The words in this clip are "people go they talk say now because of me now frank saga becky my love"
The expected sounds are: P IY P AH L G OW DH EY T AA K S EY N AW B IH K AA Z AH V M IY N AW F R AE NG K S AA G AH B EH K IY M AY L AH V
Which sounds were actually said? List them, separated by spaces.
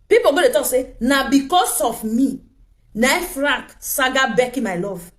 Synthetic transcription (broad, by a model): P IY P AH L G OW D EY T AA K S EY N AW B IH K AA S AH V M IY N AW F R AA K S AA G AH B EH K IY M AY L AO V